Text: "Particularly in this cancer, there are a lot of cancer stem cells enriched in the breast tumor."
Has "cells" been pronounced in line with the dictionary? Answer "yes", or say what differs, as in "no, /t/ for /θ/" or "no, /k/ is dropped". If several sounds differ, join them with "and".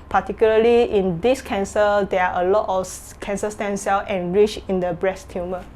no, /z/ is dropped